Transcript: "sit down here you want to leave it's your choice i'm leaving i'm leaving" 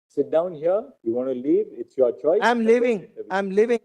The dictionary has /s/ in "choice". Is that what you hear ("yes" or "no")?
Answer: no